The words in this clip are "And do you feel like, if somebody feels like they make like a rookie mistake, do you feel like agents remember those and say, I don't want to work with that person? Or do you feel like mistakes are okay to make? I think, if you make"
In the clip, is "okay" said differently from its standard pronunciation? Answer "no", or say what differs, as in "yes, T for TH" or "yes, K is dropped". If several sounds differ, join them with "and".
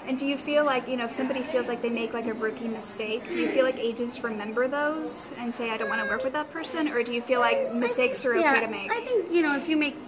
yes, K is dropped